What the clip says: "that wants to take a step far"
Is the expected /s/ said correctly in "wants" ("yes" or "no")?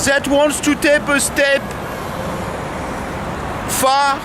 yes